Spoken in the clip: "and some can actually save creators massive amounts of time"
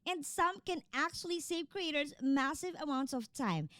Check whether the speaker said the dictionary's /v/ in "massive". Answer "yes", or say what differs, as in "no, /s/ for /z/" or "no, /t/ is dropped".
yes